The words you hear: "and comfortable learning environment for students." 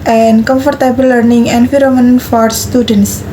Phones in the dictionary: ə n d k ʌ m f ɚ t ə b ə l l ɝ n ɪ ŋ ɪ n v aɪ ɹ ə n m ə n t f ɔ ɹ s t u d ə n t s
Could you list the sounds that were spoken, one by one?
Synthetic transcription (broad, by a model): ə n k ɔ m f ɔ t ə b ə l l ɝ n ɪ ŋ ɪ n f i ɹ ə m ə n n f ɔ ɹ s t u d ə n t s